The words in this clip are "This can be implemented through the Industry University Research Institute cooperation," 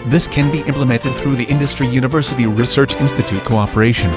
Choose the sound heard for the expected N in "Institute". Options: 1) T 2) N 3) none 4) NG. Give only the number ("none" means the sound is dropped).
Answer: 2